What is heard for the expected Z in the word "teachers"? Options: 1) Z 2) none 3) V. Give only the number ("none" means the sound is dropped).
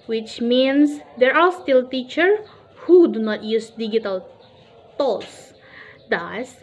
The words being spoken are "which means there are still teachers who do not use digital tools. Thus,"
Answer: 2